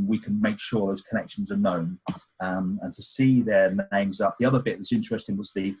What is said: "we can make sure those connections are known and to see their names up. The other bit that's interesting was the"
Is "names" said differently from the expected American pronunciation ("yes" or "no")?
no